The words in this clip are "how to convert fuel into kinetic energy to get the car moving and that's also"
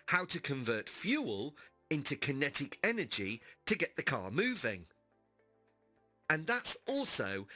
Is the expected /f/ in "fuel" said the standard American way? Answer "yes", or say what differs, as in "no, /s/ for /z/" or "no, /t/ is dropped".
yes